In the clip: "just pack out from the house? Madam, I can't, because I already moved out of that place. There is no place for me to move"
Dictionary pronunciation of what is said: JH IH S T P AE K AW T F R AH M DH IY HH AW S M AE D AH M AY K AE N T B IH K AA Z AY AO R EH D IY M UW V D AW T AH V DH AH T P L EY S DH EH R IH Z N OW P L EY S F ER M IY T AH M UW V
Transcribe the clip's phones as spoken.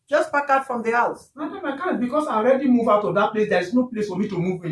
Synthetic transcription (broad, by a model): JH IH S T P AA K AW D F R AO M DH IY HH AW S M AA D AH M AY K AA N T B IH K AA S AY AO R EH D IY M UW V AW T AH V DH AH T P L EY S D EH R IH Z N OW P L EY S F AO M IY T AH M UW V